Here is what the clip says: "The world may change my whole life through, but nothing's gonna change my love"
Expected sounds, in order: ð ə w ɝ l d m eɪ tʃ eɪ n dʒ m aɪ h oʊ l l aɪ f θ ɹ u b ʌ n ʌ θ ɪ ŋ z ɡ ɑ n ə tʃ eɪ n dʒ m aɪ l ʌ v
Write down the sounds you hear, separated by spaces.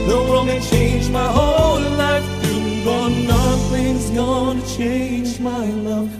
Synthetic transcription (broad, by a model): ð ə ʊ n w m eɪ tʃ eɪ n dʒ m aɪ h oʊ l l aɪ f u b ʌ n ʌ θ ɪ ŋ z ɡ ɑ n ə tʃ eɪ n dʒ m aɪ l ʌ